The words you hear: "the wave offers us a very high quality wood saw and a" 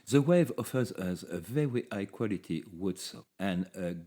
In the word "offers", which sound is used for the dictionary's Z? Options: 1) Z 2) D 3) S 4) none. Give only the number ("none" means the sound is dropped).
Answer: 1